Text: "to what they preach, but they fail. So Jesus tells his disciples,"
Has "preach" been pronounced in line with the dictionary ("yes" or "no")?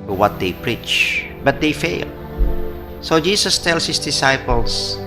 yes